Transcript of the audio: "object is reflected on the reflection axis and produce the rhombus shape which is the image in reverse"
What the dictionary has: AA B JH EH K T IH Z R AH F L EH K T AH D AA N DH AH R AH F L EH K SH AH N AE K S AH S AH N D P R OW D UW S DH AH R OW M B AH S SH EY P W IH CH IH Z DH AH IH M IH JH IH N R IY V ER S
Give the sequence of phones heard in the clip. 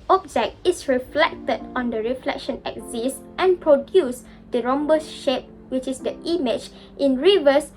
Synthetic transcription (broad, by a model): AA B JH EH K T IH S R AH F L EH K T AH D AA N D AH R AH F L EH K SH AH N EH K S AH S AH N P R OW D UW S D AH R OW M B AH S SH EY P W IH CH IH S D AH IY M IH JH IH N R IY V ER S